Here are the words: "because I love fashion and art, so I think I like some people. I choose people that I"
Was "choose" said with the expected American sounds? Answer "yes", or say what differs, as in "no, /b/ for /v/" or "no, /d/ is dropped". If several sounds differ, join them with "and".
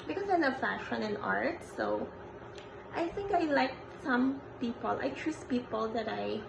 no, /s/ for /z/